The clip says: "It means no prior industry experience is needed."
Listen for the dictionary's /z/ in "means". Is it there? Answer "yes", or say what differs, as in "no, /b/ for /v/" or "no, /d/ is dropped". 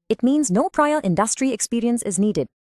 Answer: yes